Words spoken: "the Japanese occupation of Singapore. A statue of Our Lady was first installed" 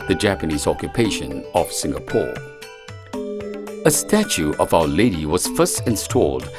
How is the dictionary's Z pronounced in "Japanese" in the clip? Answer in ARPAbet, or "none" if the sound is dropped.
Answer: Z